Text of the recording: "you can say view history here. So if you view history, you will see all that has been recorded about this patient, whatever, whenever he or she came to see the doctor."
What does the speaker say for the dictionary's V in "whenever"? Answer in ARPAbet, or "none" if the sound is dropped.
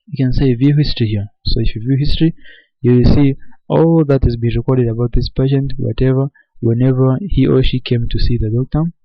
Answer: V